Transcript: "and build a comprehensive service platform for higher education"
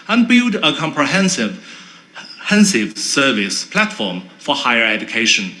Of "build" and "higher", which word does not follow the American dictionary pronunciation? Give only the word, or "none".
none